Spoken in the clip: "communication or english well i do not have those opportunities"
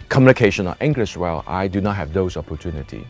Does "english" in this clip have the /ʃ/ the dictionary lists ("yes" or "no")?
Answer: no